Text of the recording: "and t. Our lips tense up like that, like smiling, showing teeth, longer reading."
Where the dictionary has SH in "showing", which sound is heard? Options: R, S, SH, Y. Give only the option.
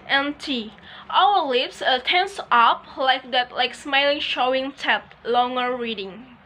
SH